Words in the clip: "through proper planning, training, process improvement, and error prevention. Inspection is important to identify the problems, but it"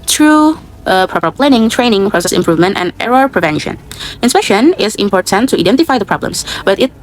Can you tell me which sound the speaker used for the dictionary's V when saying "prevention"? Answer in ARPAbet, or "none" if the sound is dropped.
V